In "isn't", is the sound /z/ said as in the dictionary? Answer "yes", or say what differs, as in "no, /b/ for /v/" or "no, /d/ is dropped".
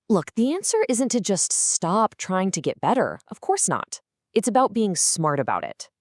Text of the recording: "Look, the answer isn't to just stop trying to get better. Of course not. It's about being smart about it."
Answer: yes